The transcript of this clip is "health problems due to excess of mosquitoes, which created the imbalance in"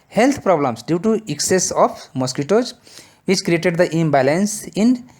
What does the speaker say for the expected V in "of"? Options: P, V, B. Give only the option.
P